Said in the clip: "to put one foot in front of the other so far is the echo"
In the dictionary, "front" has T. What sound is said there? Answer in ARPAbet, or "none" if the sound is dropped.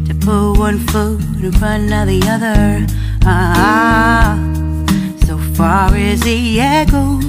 none